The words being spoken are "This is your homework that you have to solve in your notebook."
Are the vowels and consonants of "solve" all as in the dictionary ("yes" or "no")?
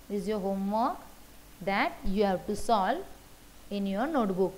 no